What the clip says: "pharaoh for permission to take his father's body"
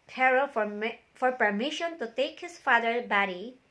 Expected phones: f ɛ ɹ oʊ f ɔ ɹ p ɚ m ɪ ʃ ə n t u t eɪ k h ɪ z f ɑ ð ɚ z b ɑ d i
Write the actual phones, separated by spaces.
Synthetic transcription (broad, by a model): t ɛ ɹ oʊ f ɔ ɹ p ɚ m ɪ ʃ ə n t u t eɪ k h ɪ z f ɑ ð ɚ b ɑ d i